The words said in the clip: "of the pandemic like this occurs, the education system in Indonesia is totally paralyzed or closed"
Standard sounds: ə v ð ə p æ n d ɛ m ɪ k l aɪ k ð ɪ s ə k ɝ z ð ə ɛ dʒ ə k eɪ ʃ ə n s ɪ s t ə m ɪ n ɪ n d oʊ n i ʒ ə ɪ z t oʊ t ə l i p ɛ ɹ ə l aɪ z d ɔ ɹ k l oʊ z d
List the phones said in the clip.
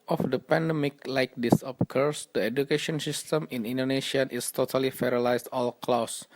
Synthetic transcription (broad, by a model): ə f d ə p æ n d ɛ m ɪ k l aɪ k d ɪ s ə k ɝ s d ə ɛ dʒ ə k eɪ ʃ ə n s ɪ s t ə m ɪ n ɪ n d oʊ n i ʃ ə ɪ s t oʊ t ə l i f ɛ ɹ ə l aɪ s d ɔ l k l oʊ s